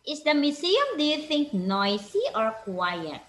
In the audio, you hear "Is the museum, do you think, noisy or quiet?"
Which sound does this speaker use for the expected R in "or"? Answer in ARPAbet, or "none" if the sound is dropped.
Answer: R